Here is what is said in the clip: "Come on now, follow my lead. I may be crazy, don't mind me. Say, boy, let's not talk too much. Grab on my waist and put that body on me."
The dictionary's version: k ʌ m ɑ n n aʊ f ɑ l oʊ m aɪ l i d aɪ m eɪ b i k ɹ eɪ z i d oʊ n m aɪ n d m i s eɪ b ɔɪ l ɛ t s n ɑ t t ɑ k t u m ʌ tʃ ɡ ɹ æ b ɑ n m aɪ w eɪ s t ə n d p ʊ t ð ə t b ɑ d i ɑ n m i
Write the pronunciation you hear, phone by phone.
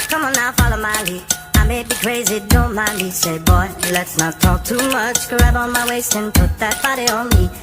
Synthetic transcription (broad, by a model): k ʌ m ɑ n n aʊ f ɑ l oʊ m aɪ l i aɪ m eɪ b i k ɹ eɪ z i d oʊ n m aɪ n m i s eɪ b ɔɪ l ɛ t s n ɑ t t ɑ k t u m ʌ tʃ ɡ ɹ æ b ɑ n m aɪ w eɪ s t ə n p ʊ t ð ə t b ɑ d i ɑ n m i